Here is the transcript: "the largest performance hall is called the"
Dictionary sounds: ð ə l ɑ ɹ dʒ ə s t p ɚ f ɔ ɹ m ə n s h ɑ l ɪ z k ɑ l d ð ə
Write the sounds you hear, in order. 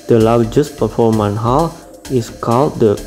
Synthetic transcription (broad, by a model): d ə l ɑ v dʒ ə s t p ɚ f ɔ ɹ m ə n h ɑ l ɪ s k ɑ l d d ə